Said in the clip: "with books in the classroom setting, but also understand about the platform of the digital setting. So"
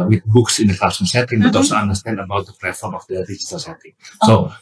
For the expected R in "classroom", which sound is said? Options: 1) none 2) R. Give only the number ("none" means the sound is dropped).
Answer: 1